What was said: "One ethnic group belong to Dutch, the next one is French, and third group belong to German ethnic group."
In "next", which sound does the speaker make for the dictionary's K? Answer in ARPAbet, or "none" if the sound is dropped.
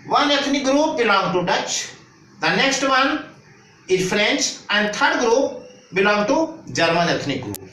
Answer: K